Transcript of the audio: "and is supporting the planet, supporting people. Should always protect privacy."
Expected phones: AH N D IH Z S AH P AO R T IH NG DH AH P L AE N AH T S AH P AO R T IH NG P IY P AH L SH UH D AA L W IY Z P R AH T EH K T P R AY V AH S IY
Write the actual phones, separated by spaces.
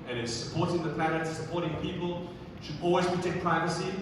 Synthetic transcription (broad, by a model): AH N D IH Z S AH P AO R T IH NG DH AH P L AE AH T S AH P AO R T IH NG P IY P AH L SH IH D AA L W IY Z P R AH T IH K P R AY V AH S IY